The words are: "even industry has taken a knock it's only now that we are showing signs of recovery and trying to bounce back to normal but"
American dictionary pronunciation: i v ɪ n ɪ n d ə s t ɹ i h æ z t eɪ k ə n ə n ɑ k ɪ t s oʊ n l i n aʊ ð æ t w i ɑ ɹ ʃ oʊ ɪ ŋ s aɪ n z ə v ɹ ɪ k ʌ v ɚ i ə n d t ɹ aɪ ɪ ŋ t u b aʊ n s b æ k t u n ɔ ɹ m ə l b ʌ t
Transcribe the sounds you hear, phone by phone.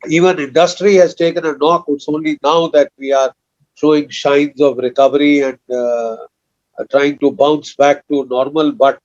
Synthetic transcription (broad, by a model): i v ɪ n ɪ n d ə s t ɹ i h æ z t eɪ k ə n ə n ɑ k ɪ t s oʊ n l i n aʊ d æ t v i ɑ ɹ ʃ oʊ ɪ ŋ ʃ aɪ n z ə v ɹ ɪ k ʌ v ɚ i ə n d t ɹ aɪ ɪ ŋ t u b aʊ n s b æ k t u n ɔ ɹ m ə l b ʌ t